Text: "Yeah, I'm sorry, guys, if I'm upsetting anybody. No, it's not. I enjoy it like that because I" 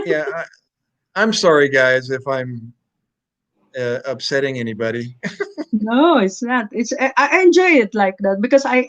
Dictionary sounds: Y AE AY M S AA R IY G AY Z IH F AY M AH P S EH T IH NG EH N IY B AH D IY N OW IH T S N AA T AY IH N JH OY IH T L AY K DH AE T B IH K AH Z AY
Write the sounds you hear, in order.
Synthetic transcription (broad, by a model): Y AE AY M S AA R IY G AY Z IH F AY M AH P S EH T IH NG EH N IY B AH D IY N OW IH T S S AA T AY IH N JH OY IH T L AY K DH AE T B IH K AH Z AY